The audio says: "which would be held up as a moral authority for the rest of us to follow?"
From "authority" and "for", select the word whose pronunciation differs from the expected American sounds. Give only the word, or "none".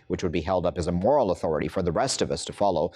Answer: none